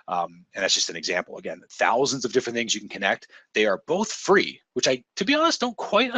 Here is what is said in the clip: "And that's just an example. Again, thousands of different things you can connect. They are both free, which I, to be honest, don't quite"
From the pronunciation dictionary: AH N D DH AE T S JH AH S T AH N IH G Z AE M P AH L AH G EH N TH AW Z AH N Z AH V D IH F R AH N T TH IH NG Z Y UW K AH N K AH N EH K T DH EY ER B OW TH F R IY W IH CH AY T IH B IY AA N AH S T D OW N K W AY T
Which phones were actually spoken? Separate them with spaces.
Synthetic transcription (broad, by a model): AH N DH AE T S JH AH S T AH N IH G Z AE M P L AH G EH N TH AW Z AH N Z AH V D IH F R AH N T TH IH NG Z Y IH K N K AH N EH K T DH EY ER B OW TH F R IY W IH CH AY T IH B IY AA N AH S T D OW N K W AY T